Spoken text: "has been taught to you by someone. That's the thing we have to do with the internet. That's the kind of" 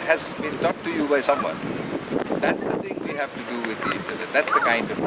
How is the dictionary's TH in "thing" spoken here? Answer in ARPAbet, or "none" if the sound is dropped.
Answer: T